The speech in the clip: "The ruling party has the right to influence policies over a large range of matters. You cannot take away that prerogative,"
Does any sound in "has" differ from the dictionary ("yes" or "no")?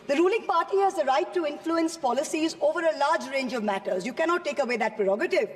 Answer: no